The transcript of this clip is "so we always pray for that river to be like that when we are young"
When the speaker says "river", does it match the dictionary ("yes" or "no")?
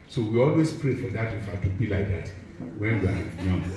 no